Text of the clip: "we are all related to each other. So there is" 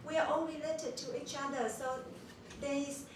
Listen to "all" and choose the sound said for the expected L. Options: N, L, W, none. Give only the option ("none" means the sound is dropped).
N